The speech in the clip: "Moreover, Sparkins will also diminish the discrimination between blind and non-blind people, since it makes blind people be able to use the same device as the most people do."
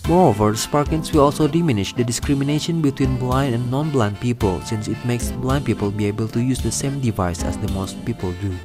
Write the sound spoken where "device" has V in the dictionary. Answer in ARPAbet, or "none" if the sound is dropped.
V